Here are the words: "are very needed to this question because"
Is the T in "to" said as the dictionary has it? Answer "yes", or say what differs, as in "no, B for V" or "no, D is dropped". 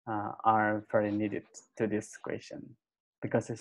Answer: yes